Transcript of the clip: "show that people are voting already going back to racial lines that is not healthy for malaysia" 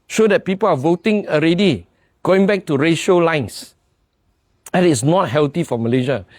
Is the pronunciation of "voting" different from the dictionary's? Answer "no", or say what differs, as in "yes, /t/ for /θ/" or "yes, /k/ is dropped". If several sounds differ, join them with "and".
no